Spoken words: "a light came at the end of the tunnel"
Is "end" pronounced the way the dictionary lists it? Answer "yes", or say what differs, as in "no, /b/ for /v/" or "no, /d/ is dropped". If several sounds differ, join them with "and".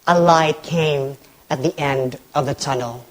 yes